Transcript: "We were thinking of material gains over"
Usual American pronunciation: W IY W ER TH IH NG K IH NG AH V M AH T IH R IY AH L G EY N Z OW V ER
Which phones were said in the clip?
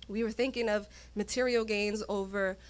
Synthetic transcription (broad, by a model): W IY W ER TH IH NG K IH NG AH V M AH T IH R IY L G EY N Z OW V ER